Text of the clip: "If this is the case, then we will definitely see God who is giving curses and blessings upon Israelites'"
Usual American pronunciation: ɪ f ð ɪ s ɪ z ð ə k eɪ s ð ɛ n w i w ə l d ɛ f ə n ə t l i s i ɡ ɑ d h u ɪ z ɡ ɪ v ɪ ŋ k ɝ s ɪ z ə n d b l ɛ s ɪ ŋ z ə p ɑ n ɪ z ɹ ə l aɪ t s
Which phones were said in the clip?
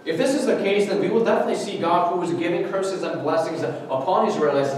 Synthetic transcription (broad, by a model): ɪ f ð ɪ s ɪ z ð ə k eɪ s ð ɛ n w i w ə l d ɛ f ə n ə t l i s i ɡ ɑ d h u ɪ z ɡ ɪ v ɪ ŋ k ɝ s ɪ z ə n b l ɛ s ɪ ŋ z ə p ɑ n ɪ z ɹ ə l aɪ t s